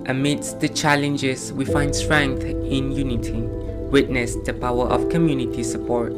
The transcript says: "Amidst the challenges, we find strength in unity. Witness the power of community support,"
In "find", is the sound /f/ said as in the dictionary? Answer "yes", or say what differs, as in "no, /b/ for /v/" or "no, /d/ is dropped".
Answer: yes